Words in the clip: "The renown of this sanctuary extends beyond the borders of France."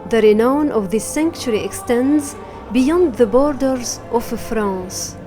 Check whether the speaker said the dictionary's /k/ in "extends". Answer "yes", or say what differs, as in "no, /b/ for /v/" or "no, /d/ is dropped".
yes